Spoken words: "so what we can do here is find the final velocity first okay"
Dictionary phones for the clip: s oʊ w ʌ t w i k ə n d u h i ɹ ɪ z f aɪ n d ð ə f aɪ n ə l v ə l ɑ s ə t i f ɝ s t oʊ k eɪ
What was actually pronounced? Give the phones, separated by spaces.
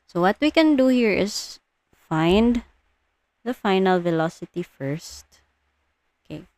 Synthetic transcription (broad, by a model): s oʊ w ʌ t w i k ə n d u h i ɹ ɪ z f aɪ n d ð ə f aɪ n ə l v ə l ɑ s ə t i f ɝ s t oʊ k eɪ